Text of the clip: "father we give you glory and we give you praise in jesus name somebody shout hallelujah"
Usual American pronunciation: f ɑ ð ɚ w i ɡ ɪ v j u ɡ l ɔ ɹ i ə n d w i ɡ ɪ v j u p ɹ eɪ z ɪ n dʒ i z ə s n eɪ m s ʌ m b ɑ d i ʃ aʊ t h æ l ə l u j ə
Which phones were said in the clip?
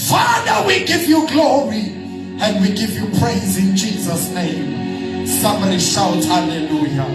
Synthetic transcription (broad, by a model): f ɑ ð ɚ w i ɡ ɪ v j u ɡ l ɔ ɹ i ə n d w i ɡ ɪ v j u p ɹ eɪ z ɪ n dʒ i z ə s n eɪ m s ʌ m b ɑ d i ʃ aʊ t h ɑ l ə l u j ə